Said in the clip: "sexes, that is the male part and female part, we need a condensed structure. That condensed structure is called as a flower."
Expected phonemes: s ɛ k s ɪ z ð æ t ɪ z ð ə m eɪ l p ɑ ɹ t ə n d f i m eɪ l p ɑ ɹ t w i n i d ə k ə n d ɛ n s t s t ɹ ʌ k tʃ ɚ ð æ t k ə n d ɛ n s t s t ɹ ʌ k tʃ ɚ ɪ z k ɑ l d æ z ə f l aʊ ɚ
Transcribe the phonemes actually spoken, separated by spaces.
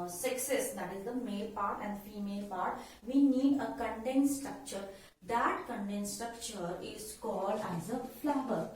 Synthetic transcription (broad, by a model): s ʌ k s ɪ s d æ t ɪ z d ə m eɪ l p ɑ ɹ t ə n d f i m eɪ l p ɑ ɹ t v i n i d ə k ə n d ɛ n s s t ɹ ʌ k tʃ ɚ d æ t k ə n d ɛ n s s t ɹ ʌ k tʃ ɚ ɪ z k ɑ l d æ z ə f l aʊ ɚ